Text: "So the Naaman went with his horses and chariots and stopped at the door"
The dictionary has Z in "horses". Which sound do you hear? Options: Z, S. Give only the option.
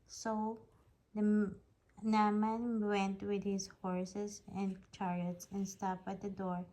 S